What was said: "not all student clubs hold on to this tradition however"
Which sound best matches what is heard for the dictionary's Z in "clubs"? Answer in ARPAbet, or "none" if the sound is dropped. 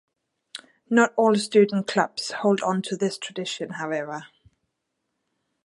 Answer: S